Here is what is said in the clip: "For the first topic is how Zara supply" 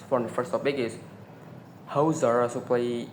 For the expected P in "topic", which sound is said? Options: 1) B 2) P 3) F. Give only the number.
1